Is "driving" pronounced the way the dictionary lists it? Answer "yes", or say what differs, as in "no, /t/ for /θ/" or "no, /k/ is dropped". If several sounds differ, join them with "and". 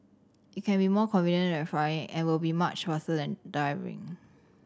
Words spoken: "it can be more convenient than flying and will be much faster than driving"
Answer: no, /ɹ/ is dropped